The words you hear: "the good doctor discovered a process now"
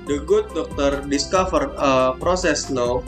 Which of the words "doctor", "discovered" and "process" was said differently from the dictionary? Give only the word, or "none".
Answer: discovered